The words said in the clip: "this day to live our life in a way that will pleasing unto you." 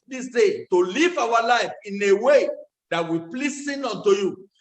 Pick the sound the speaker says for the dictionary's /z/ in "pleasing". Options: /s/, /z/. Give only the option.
/s/